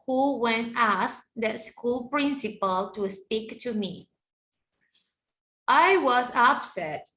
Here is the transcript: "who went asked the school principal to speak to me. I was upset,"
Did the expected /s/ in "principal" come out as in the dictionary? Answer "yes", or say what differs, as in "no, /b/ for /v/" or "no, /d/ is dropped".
yes